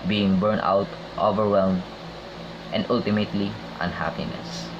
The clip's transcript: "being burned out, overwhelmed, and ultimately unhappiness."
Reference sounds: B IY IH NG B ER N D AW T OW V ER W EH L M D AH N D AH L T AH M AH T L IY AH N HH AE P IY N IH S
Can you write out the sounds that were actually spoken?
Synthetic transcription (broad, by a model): B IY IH NG B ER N AW T OW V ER W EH L M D AH N D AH L T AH M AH T L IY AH N HH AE P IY N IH S